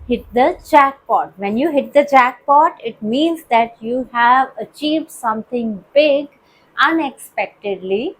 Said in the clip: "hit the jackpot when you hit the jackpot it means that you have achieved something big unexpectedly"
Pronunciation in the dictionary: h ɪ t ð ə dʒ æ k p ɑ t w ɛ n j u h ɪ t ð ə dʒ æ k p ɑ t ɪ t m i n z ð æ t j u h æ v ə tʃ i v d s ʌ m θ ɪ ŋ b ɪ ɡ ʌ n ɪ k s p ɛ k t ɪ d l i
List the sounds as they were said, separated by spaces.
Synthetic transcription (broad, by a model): h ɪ t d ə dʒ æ k p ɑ t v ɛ n j u h ɪ t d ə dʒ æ k p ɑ t ɪ t m i n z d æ t j u h æ v ə tʃ i v d s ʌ m t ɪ ŋ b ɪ ɡ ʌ n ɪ k s p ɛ k t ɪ d l i